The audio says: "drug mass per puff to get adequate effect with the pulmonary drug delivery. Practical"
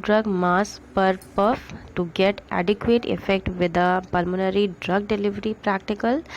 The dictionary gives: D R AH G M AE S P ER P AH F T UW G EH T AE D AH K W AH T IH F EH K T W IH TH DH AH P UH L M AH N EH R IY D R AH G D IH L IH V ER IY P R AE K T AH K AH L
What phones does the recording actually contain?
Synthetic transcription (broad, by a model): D R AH G M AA S P ER P AH F T UW G EH T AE D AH K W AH T IH F EH K T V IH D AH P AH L M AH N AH R IY D R AH G D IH L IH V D IY P R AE K T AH K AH L